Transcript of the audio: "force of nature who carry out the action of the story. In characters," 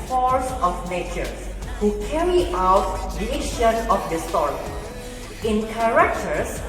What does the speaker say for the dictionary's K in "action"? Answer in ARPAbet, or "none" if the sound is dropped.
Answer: none